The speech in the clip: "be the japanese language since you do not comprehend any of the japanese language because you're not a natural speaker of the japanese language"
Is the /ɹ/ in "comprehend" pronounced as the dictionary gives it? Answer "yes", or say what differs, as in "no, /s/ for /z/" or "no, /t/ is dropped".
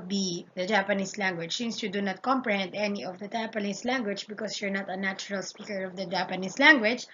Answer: yes